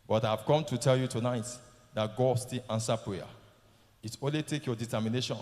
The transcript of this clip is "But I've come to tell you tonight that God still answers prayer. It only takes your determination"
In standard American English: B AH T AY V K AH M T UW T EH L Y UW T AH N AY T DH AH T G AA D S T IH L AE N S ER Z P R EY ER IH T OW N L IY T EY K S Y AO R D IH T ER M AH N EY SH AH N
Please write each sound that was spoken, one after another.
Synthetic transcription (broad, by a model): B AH T AY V K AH M T UW T EH L Y UW T AH N AY T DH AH T G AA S T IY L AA N S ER P R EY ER IH T OW N L IY T EY K Y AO D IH T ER M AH N EY SH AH N